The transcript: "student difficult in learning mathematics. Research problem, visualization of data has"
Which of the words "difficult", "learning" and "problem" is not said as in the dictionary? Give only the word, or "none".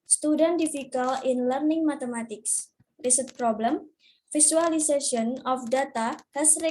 difficult